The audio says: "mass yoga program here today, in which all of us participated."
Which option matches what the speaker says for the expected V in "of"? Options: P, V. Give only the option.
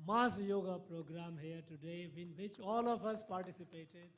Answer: P